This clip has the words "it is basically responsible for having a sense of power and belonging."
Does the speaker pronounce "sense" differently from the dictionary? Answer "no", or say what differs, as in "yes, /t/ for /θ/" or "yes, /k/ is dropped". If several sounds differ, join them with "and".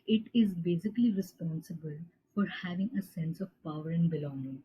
no